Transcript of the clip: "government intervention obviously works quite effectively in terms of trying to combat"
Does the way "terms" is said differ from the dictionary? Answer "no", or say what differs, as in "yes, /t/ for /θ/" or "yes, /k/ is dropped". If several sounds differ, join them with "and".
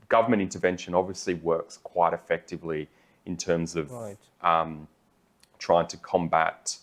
no